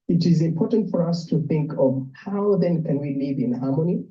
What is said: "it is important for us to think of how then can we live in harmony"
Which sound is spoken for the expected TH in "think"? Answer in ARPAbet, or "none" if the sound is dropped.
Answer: TH